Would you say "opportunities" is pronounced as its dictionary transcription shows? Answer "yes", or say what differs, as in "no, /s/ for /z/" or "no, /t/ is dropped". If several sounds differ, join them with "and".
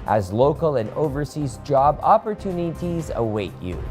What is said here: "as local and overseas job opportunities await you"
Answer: yes